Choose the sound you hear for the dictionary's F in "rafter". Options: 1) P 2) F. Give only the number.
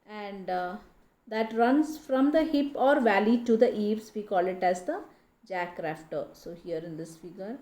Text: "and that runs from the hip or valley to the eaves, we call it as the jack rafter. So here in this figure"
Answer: 2